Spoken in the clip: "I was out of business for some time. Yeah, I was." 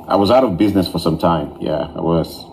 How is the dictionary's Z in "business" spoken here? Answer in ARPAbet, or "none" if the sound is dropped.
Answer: Z